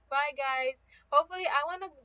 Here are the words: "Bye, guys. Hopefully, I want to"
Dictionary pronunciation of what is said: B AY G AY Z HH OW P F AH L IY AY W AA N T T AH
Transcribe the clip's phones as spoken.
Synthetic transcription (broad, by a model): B AY G AY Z HH OW F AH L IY AY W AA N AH